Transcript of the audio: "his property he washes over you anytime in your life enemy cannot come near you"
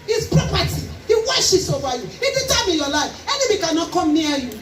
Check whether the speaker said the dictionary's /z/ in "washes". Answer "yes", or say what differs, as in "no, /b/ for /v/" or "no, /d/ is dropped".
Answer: no, /s/ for /z/